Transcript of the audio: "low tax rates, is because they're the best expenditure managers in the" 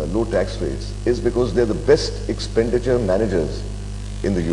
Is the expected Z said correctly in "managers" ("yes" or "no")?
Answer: yes